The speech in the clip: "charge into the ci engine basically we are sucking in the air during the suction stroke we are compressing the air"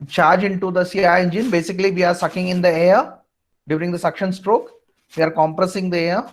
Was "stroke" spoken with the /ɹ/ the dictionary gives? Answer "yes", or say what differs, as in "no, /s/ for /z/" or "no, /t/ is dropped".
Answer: yes